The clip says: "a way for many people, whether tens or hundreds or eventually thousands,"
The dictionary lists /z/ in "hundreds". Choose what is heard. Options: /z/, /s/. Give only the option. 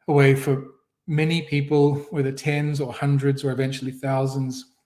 /z/